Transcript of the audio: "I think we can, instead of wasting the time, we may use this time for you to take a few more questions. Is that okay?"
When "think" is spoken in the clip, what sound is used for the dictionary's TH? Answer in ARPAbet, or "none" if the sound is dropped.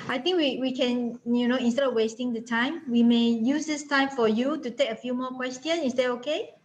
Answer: T